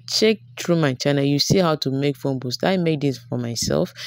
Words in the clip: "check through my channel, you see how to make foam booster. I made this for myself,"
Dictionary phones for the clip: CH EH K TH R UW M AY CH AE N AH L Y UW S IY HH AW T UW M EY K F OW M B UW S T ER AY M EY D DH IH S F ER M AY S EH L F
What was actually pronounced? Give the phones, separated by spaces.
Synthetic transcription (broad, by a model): CH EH K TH R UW M AY CH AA N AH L Y UW S IY HH AW T UW M EY K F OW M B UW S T AY M EY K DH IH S F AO M AY S EH L F